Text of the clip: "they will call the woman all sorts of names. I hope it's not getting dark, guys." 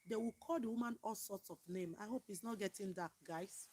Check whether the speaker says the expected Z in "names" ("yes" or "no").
no